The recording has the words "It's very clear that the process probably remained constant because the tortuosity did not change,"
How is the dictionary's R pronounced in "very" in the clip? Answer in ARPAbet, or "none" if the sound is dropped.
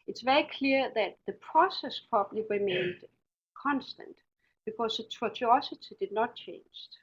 R